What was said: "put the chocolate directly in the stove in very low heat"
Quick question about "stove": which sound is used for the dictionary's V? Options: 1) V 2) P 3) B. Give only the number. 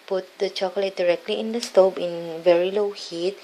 2